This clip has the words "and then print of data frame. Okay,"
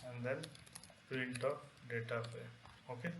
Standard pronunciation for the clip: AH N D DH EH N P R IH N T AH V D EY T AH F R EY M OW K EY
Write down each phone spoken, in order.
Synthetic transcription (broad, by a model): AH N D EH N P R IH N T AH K D EY T AH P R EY OW K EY